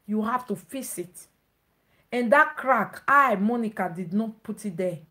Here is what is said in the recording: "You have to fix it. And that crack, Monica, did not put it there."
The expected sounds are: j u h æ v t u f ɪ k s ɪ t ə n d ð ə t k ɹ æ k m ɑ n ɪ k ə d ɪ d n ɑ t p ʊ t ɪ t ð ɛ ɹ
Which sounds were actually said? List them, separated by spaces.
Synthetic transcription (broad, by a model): j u h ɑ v t u f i s ɪ t ə n d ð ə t k ɹ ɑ k m ɑ n ɪ k ə d ɪ d n ɑ t p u t ɪ t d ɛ